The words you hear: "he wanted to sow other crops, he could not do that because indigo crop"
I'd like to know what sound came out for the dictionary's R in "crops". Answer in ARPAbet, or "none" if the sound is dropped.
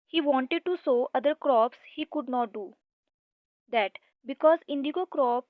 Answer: R